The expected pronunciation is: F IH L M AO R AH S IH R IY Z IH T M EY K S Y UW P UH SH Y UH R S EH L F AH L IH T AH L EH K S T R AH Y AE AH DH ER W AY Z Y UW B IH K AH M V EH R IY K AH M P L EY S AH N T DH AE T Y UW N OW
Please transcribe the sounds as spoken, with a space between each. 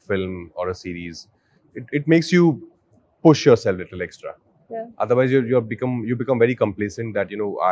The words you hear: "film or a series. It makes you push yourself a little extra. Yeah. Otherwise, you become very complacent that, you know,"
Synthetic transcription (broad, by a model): F IH L M AO R AH S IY R IY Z IH T M EY K S Y UW P UH SH Y UH R S EH L F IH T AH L EH K S T R AH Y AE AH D ER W AY Z Y UW B IH K AH M V EH R IY K AH M P L EY S AH N T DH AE T Y UW N OW